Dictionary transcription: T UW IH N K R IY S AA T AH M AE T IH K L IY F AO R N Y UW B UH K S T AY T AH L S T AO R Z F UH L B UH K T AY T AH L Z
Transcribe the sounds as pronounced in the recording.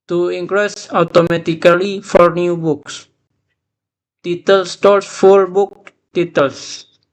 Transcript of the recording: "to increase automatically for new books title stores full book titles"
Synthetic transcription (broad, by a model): T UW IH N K R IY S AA T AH M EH T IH K L IY F AO R N Y UW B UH K S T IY T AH L S T AO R S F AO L B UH K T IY T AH L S